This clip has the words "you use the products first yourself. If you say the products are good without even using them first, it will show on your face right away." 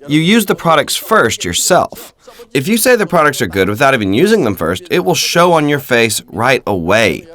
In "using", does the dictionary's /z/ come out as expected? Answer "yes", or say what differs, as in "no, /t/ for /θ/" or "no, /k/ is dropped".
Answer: yes